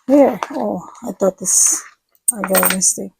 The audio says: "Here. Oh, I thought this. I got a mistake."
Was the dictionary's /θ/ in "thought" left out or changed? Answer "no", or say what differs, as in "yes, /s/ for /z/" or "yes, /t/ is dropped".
yes, /t/ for /θ/